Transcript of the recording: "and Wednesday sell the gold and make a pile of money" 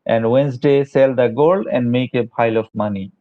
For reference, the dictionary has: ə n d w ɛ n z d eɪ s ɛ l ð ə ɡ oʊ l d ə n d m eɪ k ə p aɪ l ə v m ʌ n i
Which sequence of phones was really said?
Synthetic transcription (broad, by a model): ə n d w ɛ n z d eɪ s ɛ l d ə ɡ oʊ l ə n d m eɪ k ə p aɪ l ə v m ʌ n i